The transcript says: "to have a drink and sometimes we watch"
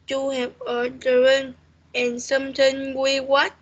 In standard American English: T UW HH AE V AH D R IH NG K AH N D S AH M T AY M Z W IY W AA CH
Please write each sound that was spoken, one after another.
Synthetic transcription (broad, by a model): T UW HH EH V AH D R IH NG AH N S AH M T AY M W IY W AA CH